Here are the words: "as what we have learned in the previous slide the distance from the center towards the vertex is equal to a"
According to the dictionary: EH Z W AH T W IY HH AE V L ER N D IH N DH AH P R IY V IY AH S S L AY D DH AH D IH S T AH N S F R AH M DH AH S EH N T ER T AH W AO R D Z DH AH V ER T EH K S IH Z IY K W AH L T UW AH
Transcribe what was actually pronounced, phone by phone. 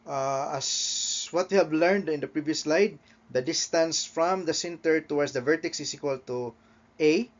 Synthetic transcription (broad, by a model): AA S W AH T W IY HH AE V L ER N D IH N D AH P R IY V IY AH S S L AY D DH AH D IH S T AH N S F R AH M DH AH S EH N T ER T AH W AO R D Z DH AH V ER T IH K S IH S IY K W AH L T UW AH